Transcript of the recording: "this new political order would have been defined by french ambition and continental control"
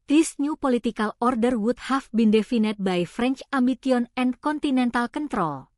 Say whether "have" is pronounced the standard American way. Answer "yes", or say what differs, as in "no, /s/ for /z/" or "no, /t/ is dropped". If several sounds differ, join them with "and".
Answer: no, /f/ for /v/